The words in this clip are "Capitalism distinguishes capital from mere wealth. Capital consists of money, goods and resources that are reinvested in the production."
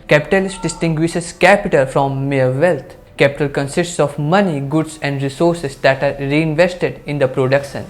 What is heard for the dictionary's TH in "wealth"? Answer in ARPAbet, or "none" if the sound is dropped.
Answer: T